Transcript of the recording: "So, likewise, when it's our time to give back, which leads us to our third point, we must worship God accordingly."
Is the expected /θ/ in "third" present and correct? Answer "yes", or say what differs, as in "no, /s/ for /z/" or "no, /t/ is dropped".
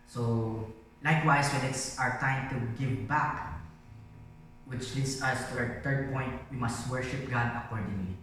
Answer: no, /t/ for /θ/